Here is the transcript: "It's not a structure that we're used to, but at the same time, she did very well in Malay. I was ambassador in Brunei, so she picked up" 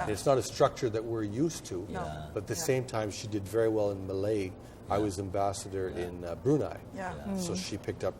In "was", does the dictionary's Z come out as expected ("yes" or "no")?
yes